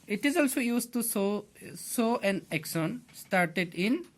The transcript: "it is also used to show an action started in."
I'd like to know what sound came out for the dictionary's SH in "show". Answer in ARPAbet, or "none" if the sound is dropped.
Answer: S